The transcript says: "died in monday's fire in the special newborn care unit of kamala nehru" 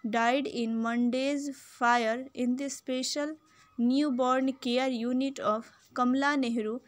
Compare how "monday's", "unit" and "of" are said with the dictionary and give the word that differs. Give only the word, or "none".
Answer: of